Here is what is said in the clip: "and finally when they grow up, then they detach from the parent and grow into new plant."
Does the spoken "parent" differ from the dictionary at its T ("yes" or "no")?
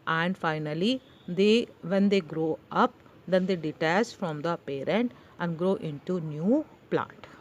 no